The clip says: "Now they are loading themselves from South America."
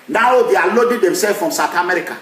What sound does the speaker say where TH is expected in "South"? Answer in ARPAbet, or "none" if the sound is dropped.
T